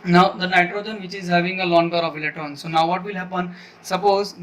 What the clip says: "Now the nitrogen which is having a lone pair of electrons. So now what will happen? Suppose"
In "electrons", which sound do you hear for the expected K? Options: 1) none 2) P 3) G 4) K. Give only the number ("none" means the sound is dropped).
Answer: 1